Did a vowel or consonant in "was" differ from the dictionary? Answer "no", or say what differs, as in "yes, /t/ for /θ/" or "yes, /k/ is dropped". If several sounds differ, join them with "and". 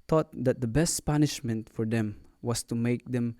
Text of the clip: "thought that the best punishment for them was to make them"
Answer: yes, /s/ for /z/